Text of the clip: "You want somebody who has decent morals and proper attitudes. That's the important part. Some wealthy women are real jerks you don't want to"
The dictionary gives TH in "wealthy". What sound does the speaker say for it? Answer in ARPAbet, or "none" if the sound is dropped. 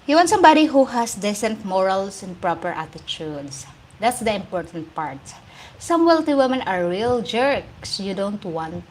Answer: T